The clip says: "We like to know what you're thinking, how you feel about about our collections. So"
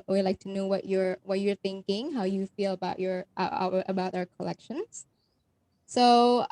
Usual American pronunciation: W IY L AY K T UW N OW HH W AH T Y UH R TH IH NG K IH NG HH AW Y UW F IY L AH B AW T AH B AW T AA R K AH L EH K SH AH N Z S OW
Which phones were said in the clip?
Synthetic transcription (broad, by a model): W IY L AY K T UW N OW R W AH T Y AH R TH IH NG K IH NG HH AW Y UW F IY L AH B AW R AH B AW T AA R K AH L EH K SH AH N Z S OW